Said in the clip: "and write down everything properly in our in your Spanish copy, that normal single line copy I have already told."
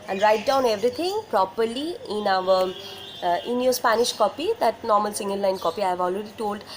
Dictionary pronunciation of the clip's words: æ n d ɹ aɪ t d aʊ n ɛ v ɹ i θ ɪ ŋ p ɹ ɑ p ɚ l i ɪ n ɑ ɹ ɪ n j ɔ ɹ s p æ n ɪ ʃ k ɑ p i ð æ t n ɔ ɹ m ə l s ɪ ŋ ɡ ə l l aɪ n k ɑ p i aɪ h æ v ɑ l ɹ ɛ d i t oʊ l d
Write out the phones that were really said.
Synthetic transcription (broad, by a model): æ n d ɹ aɪ t d aʊ n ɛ v ɹ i t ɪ ŋ p ɹ ɑ p ɚ l i ɪ n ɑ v ɪ n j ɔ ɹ s p æ n ɪ ʃ k ɑ p i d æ t n ɔ ɹ m ə l s ɪ ŋ ɡ ə l l aɪ n k ɑ p i aɪ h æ v ɑ l ɹ ɛ d i t oʊ l d